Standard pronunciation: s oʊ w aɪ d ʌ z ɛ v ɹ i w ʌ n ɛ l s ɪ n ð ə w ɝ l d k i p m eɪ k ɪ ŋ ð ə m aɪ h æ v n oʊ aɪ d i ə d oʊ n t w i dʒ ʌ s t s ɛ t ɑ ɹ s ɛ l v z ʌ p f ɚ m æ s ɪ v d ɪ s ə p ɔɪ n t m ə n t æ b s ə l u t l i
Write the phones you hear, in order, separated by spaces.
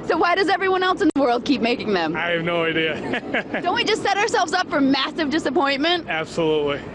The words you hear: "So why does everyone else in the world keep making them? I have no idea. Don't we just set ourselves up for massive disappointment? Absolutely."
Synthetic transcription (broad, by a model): s oʊ w aɪ d ʌ z ɛ v ɹ i w ʌ n ɛ l s ɪ n ð ə w ɝ l d k i p m eɪ k ɪ ŋ ð ə m aɪ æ v n oʊ aɪ d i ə d oʊ n t w i dʒ ʌ s t s ɛ t ɑ ɹ s ɛ l v z ʌ p f ɚ m æ s ɪ v d ɪ s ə p ɔɪ n m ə n t æ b s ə l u t l i